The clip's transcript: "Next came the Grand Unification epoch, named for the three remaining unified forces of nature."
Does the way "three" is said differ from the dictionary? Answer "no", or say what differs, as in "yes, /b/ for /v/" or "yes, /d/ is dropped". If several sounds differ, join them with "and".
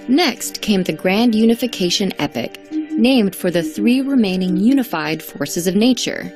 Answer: no